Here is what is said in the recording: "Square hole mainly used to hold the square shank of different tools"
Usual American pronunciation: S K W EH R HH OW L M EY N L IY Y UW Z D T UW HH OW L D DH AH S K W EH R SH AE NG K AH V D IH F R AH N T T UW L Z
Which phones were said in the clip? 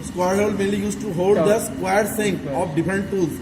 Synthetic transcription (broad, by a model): S K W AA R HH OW L M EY L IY Y UW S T T UW HH OW L D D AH S K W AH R S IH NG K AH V D IH F R AH N T T UW L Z